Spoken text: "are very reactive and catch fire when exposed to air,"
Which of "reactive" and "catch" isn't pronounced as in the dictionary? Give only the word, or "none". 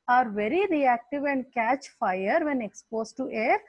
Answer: none